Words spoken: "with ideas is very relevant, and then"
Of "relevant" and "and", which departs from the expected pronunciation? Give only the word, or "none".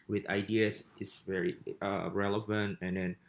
none